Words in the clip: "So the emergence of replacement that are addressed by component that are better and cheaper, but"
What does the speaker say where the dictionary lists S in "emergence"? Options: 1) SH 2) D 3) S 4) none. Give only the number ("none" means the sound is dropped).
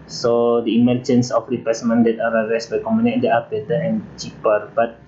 3